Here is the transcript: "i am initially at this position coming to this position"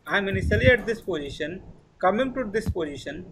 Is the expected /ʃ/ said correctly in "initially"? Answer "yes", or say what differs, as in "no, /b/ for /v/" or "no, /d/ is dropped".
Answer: no, /s/ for /ʃ/